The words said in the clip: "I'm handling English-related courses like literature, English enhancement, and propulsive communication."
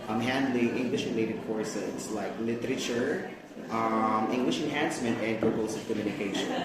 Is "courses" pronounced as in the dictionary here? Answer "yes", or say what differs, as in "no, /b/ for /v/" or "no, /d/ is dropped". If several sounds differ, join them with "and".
no, /s/ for /z/